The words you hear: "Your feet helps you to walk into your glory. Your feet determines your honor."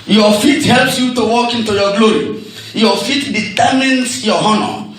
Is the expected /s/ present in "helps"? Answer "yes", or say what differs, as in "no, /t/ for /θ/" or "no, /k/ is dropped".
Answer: yes